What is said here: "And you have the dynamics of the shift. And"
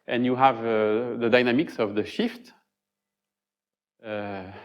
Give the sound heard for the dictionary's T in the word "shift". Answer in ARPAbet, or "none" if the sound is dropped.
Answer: T